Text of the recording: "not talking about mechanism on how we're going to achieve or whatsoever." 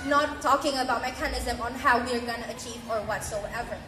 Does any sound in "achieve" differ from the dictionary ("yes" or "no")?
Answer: no